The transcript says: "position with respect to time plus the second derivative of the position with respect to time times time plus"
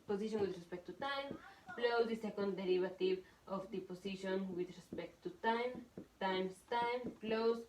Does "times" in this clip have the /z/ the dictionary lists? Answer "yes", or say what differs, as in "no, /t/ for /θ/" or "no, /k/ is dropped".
no, /s/ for /z/